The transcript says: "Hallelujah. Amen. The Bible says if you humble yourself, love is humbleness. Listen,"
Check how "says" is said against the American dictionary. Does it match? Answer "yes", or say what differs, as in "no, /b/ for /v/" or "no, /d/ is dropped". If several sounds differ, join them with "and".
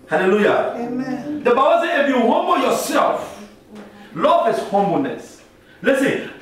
no, /z/ is dropped